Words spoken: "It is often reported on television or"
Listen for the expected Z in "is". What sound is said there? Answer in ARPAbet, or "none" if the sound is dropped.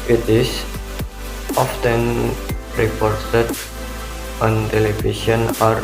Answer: S